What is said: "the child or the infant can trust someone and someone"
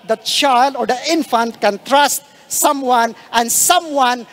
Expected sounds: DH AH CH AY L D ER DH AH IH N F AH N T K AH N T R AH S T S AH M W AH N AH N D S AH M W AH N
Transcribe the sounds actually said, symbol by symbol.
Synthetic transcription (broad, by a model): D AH CH AY L D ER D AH IH N F AH N T K AH N T R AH S T S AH M W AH N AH N S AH M W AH N